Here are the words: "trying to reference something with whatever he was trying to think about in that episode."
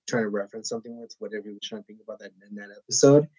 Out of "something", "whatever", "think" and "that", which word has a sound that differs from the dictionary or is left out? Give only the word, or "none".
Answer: none